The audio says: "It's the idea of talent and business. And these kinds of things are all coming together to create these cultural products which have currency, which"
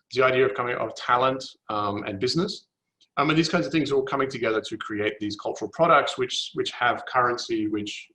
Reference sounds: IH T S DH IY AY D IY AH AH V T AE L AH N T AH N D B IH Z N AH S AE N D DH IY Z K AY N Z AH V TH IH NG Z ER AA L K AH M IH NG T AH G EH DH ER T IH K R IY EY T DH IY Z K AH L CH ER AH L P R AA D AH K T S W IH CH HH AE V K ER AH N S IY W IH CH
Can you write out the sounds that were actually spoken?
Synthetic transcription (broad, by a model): DH IY AY D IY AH AH V T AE L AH N T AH N B IH Z N AH S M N DH IY Z K AY N Z AH V TH IH NG Z ER K AH M IH NG T AH G EH DH ER T IH K R IY EY T DH IY Z K AH L CH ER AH L P R AA D AH K T S W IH CH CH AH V K ER AH N S IY W IH CH